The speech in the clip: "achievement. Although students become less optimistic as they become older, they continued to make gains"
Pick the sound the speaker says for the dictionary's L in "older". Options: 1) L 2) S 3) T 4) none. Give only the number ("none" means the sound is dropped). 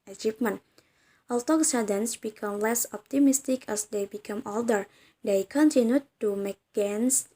1